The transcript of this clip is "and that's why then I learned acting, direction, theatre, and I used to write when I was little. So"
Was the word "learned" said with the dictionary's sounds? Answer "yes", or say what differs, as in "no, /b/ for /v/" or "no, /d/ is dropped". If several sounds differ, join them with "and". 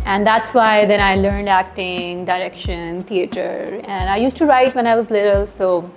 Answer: yes